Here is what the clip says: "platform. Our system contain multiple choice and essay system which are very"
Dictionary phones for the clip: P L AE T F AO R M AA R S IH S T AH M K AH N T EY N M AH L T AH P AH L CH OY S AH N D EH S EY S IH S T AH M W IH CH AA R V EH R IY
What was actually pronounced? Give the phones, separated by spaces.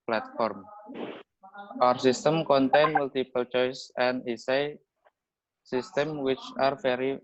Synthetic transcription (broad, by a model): P L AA T F AO R M AA R S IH S T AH M K AH N T EY N M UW L T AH P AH L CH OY S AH N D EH S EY S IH S T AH M W IH CH AA R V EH R IY